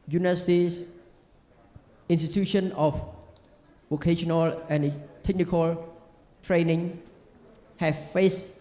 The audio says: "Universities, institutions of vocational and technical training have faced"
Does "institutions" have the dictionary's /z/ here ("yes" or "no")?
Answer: no